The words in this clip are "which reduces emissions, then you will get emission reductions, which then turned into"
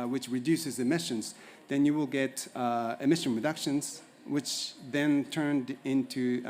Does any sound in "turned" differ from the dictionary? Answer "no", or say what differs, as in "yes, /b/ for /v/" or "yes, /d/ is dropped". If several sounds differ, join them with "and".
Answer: no